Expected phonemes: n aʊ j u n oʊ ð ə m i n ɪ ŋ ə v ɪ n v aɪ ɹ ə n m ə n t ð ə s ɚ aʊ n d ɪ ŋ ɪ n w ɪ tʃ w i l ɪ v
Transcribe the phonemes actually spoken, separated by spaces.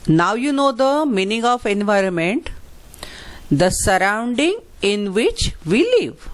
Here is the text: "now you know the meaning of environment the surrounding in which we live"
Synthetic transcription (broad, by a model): n aʊ j u n oʊ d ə m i n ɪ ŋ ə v ɪ n v aɪ ɹ ə n m ə n t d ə s ɚ aʊ n d ɪ ŋ ɪ n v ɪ tʃ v i l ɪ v